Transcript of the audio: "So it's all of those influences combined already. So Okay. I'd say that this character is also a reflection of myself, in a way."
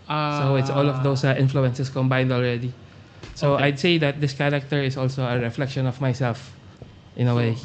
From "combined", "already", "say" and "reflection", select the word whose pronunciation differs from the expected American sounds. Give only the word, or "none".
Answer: none